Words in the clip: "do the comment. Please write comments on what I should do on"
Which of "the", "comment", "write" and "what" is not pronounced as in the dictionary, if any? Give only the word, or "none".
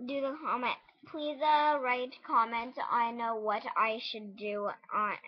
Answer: none